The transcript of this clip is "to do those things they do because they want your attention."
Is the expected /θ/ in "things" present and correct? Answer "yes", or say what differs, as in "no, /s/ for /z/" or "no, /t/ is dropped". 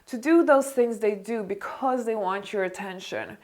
yes